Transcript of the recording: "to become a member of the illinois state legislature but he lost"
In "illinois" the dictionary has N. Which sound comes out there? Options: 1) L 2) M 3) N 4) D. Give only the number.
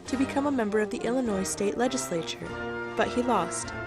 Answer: 3